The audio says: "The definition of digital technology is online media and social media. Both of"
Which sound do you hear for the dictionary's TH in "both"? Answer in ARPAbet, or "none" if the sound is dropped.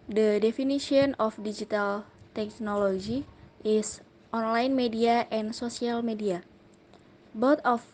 T